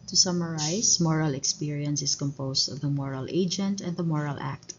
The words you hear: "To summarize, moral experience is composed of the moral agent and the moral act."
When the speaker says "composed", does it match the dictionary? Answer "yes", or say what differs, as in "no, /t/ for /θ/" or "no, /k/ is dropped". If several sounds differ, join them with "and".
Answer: no, /s/ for /z/